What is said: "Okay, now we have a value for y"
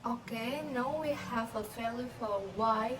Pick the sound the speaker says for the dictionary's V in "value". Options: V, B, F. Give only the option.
F